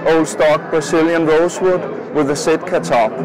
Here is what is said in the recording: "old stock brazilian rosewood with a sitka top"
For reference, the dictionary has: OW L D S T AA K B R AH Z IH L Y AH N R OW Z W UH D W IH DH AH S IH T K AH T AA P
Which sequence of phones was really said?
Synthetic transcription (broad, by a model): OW L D S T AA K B R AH S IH L Y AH N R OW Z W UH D W IH DH AH S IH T K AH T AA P